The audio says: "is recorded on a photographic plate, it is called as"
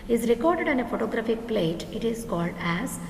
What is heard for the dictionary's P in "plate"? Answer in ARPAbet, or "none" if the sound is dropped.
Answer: P